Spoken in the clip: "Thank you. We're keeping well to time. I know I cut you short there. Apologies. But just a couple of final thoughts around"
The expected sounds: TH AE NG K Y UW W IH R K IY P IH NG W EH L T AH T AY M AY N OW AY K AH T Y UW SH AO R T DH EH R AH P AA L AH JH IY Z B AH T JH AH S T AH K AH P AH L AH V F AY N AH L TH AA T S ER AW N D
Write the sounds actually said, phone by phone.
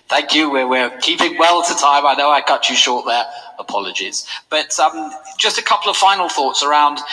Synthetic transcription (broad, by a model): TH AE NG K Y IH W IH R K IY P IH NG W EH L T AH T AY M AY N OW AY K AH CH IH SH AO R T DH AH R AH P AA L AH JH IY Z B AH T JH AH S T AH K AH P L AH V F AY N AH L TH AA T S ER AW N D